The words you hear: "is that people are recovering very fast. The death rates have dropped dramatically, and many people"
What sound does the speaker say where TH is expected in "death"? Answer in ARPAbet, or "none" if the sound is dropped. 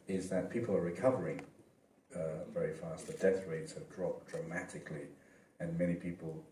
TH